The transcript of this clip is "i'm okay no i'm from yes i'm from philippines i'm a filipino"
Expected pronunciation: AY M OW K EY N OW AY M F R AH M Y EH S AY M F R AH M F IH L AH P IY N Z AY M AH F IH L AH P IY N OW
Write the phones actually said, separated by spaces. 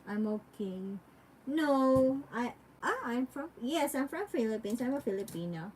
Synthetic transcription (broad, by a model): AY M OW K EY N OW AY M F R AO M Y EH S AY M F R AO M F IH L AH P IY N S AY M AH F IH L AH P IY N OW